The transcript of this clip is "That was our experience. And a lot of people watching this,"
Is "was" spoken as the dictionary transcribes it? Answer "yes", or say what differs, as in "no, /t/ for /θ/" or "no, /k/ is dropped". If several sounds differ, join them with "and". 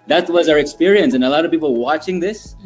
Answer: yes